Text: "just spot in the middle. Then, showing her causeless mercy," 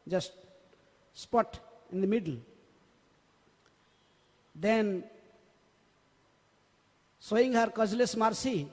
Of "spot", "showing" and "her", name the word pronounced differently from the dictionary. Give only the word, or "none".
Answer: showing